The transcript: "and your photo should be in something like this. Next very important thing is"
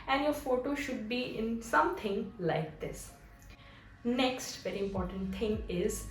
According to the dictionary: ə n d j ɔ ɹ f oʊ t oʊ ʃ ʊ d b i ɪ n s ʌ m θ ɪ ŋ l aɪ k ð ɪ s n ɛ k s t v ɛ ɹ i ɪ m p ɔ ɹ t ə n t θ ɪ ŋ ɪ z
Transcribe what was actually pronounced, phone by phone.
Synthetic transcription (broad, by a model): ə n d j ɔ ɹ f oʊ t oʊ ʃ ʊ d b i ɪ n s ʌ m t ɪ ŋ l aɪ k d ɪ s n ɛ k s t v ɛ ɹ i ɪ m p ɔ ɹ t ə n t t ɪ ŋ ɪ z